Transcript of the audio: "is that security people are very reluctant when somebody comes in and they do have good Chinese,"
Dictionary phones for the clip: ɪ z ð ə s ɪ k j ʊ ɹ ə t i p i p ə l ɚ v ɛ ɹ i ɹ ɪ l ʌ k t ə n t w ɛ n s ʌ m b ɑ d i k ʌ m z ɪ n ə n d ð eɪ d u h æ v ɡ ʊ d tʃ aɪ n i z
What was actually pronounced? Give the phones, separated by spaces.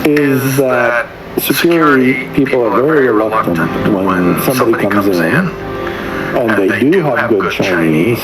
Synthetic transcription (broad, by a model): ɪ z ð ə s ɪ k j ʊ ɹ ə t i p i p l ɚ v ɛ ɹ i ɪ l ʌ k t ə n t w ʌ n s ʌ m b ɑ d i k ʌ m z ɪ n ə n ð eɪ d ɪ h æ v ɡ ʊ d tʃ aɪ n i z